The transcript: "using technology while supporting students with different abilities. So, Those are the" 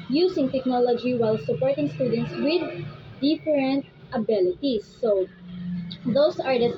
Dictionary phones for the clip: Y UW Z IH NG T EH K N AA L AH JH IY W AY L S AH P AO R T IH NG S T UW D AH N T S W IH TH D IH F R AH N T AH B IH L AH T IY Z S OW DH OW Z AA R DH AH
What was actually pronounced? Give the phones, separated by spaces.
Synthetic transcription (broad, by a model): Y UW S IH NG T EH K N AA L AH JH IY W AY L S AH P AO R T IH NG S T UW D AH N T S W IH D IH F R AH N T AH B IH L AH T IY S OW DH OW S AA R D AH